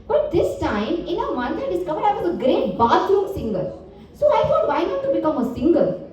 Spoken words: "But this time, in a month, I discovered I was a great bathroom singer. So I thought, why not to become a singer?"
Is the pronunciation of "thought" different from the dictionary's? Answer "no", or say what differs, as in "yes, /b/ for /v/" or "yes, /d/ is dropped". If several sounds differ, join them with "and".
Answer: yes, /f/ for /θ/